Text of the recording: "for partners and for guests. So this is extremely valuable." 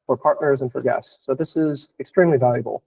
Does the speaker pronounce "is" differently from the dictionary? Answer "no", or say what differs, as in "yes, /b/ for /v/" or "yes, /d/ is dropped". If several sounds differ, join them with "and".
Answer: no